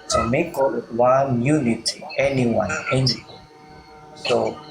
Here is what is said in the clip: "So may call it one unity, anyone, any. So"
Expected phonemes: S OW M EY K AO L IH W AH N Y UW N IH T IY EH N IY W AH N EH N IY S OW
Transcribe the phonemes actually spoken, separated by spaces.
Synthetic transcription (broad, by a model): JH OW M EY K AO W IH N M Y UW N IH T IY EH N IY W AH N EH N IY S OW